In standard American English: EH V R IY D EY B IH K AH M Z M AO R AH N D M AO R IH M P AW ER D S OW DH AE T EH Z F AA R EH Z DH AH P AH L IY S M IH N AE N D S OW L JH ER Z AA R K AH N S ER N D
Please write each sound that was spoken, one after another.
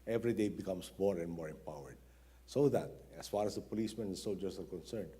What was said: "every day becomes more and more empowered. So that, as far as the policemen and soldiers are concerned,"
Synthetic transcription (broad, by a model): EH V R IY D EY B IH K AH M S M AO R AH N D M AO R IH M P AW ER D S OW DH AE T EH S F AA R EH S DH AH P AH L IY S M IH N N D S OW L JH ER S AA R K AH N S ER N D